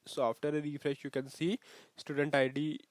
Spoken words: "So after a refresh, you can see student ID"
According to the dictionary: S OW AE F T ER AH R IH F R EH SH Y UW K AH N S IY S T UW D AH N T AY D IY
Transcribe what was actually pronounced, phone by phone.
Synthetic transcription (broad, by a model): S OW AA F T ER AH R IH F R EH SH Y UW K AH N S IY S T UW D AH N T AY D IY